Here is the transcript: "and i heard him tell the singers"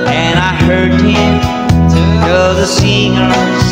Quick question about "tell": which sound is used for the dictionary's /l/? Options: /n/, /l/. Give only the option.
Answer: /n/